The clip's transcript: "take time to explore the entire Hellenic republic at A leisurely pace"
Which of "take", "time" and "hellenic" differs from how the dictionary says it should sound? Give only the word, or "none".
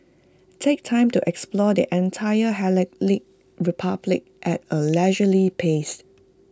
hellenic